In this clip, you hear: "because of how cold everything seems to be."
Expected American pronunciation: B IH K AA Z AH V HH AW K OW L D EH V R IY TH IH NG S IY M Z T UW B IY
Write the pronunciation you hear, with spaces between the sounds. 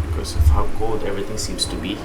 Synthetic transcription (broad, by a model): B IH K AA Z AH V HH AW K OW L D EH V R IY T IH NG S IY M S T UW B IY